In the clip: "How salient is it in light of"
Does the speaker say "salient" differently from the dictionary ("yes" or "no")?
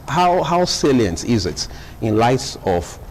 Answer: no